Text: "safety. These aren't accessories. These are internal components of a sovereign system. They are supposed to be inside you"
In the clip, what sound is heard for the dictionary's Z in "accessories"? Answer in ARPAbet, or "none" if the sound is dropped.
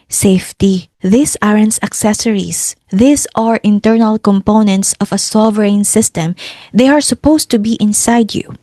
S